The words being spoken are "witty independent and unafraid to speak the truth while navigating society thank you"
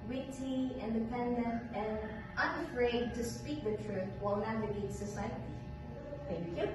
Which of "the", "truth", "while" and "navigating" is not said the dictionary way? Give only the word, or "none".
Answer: navigating